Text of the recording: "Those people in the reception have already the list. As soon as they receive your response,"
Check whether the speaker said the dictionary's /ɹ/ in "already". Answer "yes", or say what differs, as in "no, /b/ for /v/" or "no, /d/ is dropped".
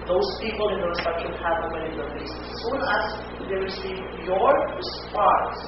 no, /w/ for /ɹ/